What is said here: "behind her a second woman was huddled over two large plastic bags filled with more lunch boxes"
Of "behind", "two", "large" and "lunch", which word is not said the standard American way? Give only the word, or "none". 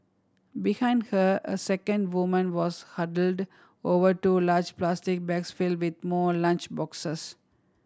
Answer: none